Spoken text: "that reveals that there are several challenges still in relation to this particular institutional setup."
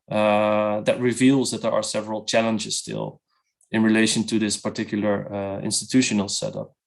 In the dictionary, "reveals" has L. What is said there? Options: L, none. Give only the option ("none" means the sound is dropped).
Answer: L